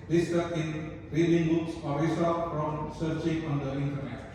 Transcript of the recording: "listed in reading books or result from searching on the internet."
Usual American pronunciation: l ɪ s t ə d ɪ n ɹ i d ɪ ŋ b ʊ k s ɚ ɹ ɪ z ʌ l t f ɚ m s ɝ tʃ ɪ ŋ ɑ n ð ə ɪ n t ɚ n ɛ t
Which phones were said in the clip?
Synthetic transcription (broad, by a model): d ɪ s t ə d ɪ n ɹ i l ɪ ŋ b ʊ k s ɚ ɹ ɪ s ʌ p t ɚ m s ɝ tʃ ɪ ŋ ɑ n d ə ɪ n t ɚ n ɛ t